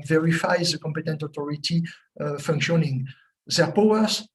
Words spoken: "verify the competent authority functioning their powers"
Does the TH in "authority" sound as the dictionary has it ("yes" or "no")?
no